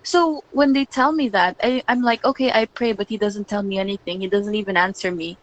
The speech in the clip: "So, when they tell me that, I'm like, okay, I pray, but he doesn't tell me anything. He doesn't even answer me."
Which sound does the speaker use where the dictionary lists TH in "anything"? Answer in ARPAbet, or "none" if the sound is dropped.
TH